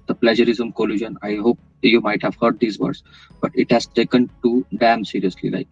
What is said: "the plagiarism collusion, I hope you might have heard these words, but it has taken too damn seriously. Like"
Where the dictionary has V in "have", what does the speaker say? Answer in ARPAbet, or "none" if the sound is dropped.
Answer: V